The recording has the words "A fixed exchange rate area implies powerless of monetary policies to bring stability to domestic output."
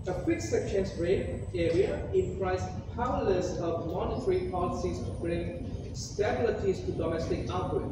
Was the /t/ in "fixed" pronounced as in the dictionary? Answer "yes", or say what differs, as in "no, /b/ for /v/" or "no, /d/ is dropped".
no, /t/ is dropped